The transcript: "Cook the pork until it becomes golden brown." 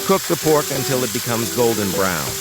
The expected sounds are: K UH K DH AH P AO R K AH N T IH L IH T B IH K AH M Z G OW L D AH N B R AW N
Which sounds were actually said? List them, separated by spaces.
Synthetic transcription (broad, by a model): K UH K DH AH P AO R K AH N T IH L IH T B IH K AH M Z G OW L D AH N B R AW N